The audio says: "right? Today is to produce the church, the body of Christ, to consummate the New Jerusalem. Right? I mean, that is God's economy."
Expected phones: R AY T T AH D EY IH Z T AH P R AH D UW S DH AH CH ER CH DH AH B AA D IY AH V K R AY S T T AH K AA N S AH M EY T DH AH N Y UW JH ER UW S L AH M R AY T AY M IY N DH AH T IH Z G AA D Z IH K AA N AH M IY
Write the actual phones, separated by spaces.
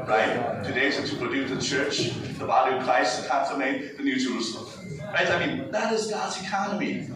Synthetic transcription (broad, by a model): R AY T T AH D EY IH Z T AH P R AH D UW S DH AH CH ER CH DH AH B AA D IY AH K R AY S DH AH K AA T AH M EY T DH AH N Y UW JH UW L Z R AY T AY M IY N DH AH T IH Z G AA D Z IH K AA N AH M IY